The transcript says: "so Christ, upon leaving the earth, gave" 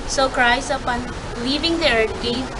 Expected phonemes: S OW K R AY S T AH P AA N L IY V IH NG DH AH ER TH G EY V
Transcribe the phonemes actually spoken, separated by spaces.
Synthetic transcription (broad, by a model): S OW K R AY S AH P AA N L IY V IH NG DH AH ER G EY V